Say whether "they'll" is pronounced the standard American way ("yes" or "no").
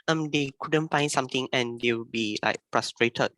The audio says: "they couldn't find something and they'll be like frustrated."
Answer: no